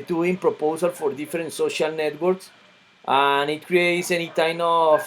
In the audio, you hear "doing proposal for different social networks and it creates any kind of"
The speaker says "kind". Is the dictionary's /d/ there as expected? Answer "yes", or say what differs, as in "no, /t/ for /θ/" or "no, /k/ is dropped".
no, /d/ is dropped